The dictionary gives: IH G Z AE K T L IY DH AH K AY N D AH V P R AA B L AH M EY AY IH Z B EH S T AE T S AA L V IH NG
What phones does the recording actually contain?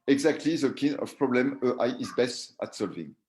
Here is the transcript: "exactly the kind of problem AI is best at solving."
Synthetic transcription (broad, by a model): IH G Z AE K T L IY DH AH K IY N AH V P R AA B L AH M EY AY IH Z B EH S T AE T S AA L V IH NG